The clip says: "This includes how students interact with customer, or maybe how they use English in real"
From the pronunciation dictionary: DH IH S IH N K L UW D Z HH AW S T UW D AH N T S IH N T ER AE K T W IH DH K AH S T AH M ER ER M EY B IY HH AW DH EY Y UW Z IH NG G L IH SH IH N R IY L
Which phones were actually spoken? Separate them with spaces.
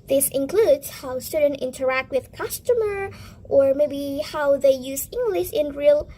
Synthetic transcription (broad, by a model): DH IH S IH N K L UW D Z HH AW S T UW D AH N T IH N T ER AE K T W IH DH K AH S T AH M ER ER M EY B IY HH AW DH EY Y UW Z IH NG G L IH SH IH N R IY L